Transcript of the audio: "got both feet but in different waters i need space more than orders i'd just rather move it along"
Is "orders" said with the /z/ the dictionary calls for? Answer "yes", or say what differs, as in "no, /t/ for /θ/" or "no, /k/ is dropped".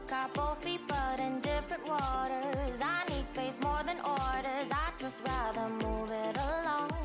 yes